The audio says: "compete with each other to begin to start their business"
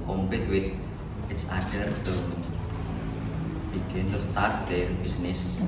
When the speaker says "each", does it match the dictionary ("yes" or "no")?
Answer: no